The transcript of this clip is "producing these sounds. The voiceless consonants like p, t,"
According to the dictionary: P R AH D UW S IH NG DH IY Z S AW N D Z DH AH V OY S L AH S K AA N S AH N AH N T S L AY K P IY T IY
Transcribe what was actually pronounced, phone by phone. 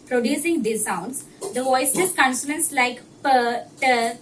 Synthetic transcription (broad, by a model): P R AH D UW S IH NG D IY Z S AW N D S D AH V OY S AH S K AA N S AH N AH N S L AY K P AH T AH